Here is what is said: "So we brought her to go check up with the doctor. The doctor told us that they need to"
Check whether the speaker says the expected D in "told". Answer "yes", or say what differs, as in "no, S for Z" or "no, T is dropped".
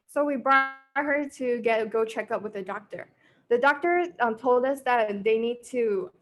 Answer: yes